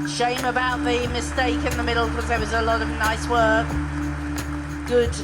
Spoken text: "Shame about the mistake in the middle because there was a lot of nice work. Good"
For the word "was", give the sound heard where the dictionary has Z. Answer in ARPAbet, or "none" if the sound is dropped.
Z